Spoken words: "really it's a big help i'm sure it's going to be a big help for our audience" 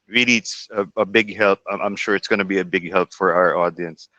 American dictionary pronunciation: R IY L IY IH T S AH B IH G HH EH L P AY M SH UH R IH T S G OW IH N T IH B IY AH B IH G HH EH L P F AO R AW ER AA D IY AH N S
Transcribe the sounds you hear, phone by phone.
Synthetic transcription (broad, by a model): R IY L IY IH T S AH B IH G HH EH L P AY M SH UH R IH T S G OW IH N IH B IY AH B IH G HH EH L P F AO R AW ER AA D IY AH N S